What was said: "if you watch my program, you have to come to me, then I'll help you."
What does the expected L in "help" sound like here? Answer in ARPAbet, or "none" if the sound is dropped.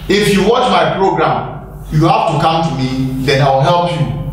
L